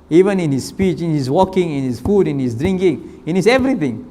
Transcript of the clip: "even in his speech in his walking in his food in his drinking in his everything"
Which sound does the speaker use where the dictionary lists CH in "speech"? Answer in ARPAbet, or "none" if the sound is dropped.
CH